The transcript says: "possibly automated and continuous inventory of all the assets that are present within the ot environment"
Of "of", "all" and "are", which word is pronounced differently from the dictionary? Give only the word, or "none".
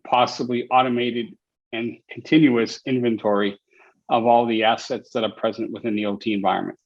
none